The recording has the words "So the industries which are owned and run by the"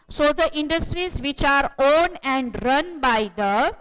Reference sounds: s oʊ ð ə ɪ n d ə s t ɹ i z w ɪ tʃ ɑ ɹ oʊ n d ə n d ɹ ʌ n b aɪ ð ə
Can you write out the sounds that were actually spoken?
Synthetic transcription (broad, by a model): s oʊ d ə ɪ n d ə s t ɹ i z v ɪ tʃ ɑ ɹ oʊ n ə n d ɹ ʌ n b aɪ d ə